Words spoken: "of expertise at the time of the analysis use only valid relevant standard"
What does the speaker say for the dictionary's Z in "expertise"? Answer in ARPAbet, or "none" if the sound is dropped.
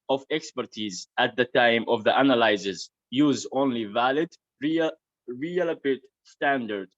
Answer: Z